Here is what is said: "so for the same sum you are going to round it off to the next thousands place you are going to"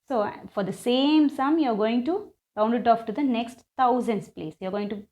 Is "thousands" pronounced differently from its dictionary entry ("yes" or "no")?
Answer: yes